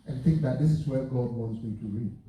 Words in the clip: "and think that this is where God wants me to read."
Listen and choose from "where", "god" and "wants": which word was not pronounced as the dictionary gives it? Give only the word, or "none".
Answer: none